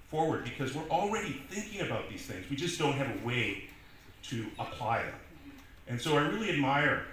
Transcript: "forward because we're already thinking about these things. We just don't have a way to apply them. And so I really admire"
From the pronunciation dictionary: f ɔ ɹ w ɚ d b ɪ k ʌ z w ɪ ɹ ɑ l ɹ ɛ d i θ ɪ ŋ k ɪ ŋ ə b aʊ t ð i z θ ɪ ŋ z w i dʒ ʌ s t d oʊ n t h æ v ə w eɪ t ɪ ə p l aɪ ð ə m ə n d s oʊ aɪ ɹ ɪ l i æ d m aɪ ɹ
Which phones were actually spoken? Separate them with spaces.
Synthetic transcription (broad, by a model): f ɔ ɹ w ɚ d b ɪ k ʌ z w ɪ ɹ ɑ l ɹ ɛ d i θ ɪ ŋ k ɪ ŋ ə b aʊ t ð i z θ ɪ ŋ z w i dʒ ʌ s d oʊ n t h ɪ v ə w eɪ t ɪ ə p l aɪ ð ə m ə n s oʊ aɪ ɹ ɪ l i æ d m aɪ ɹ